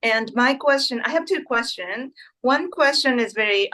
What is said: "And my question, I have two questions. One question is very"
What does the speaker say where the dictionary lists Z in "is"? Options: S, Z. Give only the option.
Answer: Z